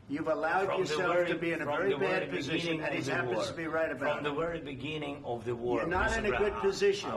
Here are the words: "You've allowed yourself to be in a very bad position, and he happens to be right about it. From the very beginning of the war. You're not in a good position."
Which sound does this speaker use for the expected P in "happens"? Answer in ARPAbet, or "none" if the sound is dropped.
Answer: none